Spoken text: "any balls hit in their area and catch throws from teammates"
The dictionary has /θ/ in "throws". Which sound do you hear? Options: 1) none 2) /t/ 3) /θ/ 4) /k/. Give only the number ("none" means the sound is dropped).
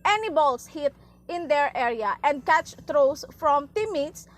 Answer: 2